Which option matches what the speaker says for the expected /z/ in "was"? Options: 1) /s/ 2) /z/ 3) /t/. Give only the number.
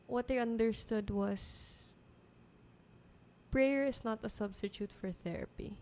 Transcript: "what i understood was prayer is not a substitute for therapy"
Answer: 1